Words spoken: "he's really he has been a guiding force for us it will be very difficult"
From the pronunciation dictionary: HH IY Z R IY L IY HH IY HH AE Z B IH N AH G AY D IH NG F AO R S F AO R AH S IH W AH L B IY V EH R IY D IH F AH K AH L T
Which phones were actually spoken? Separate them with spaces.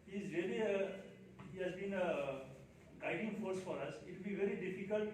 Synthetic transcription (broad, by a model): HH IY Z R IY IY HH IY HH AE Z B IH N AH G AY D IH NG F AO R S F AO R AH S IH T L B IY V EH R IY D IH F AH K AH L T